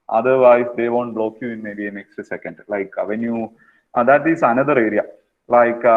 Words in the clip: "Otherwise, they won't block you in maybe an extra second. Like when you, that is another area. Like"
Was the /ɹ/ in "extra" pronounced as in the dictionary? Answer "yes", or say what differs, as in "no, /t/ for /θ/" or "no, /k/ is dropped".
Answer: no, /ɹ/ is dropped